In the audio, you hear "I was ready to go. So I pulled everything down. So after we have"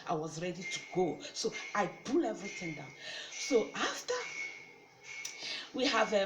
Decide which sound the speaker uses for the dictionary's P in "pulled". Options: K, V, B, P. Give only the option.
B